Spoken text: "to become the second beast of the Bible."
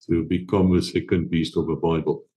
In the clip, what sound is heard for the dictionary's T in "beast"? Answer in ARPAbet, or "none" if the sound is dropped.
T